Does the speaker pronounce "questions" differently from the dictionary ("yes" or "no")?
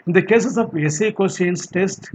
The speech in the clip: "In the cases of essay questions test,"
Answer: yes